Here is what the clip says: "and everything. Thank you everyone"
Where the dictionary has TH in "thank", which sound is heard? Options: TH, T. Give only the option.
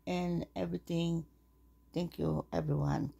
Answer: T